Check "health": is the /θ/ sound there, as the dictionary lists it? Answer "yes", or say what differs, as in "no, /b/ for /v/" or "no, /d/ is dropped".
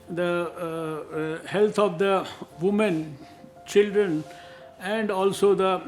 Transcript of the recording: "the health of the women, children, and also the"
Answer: no, /t/ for /θ/